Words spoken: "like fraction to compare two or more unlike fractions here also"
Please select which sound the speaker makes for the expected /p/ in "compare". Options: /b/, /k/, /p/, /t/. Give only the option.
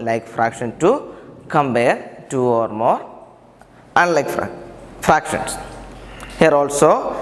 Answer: /b/